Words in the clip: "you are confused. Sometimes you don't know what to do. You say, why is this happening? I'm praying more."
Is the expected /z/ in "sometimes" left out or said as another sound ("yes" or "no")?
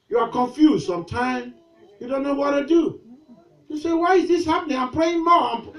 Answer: yes